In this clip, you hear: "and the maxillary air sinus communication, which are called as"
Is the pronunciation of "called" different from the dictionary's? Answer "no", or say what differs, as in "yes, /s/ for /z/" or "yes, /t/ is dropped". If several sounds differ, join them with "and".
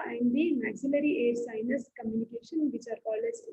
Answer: yes, /d/ is dropped